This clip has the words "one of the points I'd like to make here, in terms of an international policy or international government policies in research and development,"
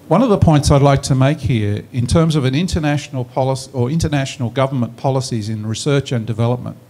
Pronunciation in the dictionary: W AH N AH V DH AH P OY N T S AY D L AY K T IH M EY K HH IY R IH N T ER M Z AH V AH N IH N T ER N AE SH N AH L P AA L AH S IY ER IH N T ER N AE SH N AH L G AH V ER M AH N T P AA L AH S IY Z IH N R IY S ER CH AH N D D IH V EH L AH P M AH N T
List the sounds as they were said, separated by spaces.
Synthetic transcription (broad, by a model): W AH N AH V DH AH P OY N T S AY D L AY K T IH M EY K HH IY R IH N T ER M Z AH V AH N IH N T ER N AE SH N L P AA L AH S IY ER IH N T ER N AE SH N L G AH V ER M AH N P AA L AH S IY Z IH N R IY S ER CH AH N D D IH V EH L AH P M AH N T